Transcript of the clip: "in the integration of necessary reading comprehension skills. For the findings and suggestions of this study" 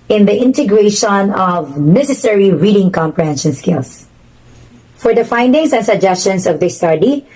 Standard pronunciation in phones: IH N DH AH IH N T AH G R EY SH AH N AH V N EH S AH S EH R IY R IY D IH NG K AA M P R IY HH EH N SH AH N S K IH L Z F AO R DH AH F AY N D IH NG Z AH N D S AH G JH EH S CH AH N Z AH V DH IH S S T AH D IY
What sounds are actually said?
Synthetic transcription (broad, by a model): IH N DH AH IH N T AH G R EY SH AH N AH V N EH S AH S EH R IY R IY D IH NG K AA M P R IY HH EH N SH AH N S K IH L S F AO R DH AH F AY N D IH NG S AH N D S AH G JH EH S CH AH N S AH V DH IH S S T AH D IY